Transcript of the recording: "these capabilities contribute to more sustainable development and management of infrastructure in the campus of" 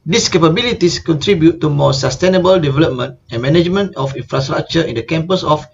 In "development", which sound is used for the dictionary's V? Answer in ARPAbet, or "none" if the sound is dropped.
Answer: V